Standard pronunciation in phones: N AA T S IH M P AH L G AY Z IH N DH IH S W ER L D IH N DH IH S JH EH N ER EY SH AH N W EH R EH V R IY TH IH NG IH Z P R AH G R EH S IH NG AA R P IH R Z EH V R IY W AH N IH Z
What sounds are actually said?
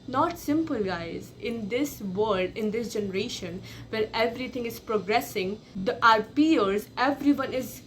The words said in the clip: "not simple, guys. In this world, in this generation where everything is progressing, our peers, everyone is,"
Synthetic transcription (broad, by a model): N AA T S IH M P AH L G AY Z IH N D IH S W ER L D IH N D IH S JH EH N ER EY SH AH N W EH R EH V R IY T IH NG IH Z P R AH G R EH S IH NG AA R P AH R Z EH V R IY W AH N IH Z